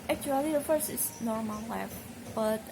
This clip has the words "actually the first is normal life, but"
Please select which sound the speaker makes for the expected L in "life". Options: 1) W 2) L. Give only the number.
1